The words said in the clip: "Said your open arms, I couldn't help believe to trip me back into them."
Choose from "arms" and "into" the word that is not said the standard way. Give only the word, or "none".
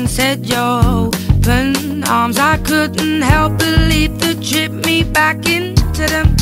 none